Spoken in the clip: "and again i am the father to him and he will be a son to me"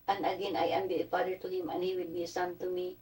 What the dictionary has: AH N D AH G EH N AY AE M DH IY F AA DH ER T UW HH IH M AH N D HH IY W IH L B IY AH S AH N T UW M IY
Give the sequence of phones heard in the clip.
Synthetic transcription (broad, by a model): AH N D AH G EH N AY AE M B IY P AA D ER T UW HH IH M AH N HH IY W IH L B IY AH S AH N T UW M IY